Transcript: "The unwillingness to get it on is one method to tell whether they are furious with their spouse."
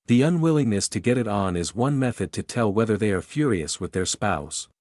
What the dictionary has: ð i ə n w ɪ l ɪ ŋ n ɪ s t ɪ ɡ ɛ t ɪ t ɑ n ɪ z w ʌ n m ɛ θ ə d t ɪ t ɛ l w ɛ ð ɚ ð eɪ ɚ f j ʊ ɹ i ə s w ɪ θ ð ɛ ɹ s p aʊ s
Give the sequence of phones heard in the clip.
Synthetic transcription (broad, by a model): ð i ə n w ɪ l ɪ ŋ n ɪ s t ɪ ɡ ɛ t ɪ t n ɪ z w ʌ n m ɛ θ ə d t ɪ t ɛ l w ɛ ð ɚ ð eɪ ɚ f j ʊ ɹ i ə s w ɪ ð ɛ ɹ s p aʊ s